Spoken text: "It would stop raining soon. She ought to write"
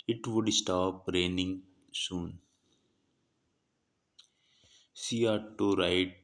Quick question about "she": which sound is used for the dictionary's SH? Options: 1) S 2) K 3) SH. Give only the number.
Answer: 1